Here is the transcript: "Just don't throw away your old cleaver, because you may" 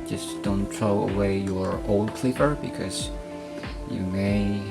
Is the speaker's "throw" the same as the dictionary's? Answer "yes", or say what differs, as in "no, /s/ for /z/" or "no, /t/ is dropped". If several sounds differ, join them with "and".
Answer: no, /t/ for /θ/